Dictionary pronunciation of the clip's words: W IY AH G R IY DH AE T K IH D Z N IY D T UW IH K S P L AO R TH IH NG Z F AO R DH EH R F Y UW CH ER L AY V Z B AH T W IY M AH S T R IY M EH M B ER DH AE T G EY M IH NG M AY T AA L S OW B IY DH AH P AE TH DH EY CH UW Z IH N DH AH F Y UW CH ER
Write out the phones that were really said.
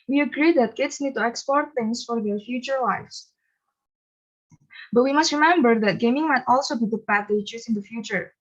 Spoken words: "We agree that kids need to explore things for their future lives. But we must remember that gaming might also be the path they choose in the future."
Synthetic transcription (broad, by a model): W IY AH G R IY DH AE T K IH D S N IY D T UW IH K S P AO R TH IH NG S F AO R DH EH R F Y UW CH ER L AY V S B AH T W IY M AH S T R IY M EH M B ER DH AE T G EY M IH NG M AY T AA L S OW B IY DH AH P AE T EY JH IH S IH N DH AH F Y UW CH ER